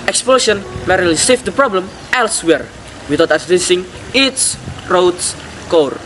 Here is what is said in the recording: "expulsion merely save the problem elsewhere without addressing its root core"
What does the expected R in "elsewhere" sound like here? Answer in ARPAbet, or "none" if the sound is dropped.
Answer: R